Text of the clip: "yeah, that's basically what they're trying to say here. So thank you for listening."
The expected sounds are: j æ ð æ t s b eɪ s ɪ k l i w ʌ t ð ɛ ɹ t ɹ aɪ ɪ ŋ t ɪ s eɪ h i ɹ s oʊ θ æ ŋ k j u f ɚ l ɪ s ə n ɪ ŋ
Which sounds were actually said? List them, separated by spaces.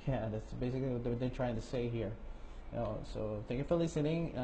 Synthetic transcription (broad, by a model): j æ ð æ t s b eɪ s ɪ k l i w ʌ t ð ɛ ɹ t ɹ aɪ ɪ ŋ t ɪ s eɪ h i ɹ s oʊ θ æ ŋ k j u f ɚ l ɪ s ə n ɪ ŋ